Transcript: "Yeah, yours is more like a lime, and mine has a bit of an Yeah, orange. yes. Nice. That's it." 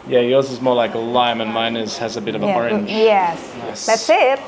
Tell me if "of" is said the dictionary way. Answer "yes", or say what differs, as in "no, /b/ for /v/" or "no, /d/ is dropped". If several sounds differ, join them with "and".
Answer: yes